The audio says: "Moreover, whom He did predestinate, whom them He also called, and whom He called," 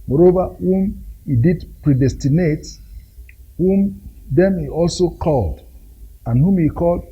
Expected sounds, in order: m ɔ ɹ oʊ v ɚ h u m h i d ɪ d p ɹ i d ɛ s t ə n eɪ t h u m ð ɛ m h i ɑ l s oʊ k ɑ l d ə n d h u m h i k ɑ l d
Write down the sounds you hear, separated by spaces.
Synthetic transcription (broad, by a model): m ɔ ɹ oʊ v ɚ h u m h i d ɪ d p ɹ i d ɛ s t ə n eɪ t h u m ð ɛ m h i ɑ l s oʊ k ɑ l d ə n h u m h i k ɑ l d